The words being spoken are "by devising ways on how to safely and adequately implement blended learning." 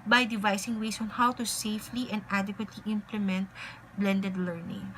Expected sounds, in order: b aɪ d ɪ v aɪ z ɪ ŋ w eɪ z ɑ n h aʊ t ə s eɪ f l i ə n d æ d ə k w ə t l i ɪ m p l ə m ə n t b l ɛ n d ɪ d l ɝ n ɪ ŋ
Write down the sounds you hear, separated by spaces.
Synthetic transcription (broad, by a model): b aɪ d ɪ v aɪ s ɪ ŋ w eɪ s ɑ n h aʊ t ə s eɪ f l i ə n d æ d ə k w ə t l i ɪ m p l ə m ə n t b l ɛ n d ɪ d l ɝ n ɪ ŋ